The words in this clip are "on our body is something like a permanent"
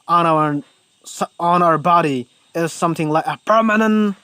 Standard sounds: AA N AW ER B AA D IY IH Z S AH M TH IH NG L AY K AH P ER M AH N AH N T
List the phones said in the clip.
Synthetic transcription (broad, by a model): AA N AW ER B AA D IY IH Z S AH M TH IH NG L AY K AH P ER M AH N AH N T